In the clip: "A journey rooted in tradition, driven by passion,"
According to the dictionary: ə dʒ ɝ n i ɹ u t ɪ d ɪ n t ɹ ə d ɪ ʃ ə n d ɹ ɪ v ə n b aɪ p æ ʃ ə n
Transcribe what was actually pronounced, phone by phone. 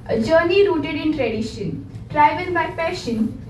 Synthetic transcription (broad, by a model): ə dʒ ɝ n i ɹ u t ɪ d ɪ n t ɹ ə d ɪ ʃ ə n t ɹ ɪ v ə l b aɪ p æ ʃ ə n